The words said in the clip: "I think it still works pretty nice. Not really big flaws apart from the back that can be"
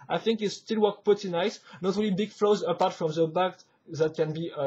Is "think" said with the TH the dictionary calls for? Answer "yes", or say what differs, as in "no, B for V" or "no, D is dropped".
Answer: yes